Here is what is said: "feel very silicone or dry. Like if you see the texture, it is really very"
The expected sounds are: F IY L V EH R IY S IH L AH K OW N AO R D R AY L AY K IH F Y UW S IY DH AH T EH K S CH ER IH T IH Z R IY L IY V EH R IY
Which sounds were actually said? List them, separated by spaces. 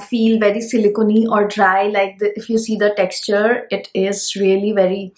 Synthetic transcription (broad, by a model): F IY L V EH R IY S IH L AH K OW N AO R D R AY L AY K IH F Y UW S IY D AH T EH K S CH ER IH T IH Z R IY L IY V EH R IY